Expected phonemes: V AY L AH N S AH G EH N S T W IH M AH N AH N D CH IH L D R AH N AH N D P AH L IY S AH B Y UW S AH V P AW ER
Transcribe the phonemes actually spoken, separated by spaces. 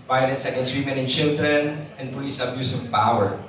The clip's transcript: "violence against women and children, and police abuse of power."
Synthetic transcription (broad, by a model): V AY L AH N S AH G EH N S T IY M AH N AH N CH IH L D R AH N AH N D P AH IY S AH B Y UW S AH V P AW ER